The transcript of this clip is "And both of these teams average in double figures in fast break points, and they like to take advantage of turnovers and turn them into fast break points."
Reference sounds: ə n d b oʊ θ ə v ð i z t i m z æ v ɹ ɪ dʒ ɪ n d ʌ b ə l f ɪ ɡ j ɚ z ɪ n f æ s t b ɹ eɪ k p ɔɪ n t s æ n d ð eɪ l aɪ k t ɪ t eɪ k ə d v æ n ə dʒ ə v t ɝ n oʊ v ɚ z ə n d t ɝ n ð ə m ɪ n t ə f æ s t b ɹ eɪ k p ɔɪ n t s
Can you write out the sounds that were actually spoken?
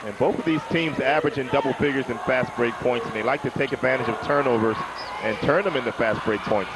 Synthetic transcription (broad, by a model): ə n b oʊ θ ə v ð i z t i m z æ v ɹ ɪ dʒ ɪ n d ʌ b l f ɪ ɡ j ɚ z ɪ n f æ s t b ɹ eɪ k p ɔɪ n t s n ð eɪ l aɪ k t ɪ t eɪ k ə d v æ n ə dʒ ə v t ɝ n oʊ v ɚ z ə n t ɝ n ð ə m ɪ n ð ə f æ s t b ɹ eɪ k p ɔɪ n t s